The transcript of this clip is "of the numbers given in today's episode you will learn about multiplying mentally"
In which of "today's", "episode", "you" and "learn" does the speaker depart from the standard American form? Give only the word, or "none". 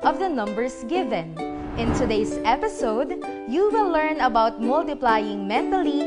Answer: today's